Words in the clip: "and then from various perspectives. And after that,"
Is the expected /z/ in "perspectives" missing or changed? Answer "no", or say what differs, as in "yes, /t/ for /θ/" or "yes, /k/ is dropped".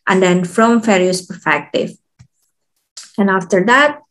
yes, /z/ is dropped